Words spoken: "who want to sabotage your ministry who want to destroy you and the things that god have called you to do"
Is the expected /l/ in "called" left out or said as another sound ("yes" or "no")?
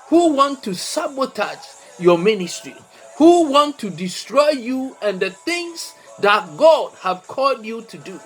no